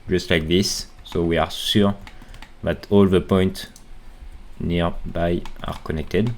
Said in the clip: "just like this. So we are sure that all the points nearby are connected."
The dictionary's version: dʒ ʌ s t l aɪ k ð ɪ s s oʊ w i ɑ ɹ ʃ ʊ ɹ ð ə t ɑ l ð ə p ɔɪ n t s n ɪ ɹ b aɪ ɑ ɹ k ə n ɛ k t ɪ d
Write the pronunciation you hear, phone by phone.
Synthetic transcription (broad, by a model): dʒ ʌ s t l aɪ k ð ɪ s s oʊ w i ɑ ɹ s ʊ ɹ ð ə t ɑ l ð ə p ɔɪ n t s n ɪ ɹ b aɪ ɑ ɹ k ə n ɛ k t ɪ d